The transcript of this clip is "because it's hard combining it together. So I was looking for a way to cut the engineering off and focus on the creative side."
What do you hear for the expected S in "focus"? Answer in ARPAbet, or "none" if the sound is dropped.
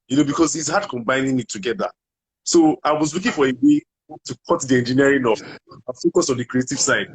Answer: S